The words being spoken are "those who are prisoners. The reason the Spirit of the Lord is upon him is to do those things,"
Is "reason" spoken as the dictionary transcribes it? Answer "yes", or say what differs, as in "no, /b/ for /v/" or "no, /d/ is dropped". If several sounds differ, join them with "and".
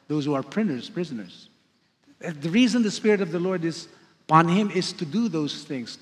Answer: yes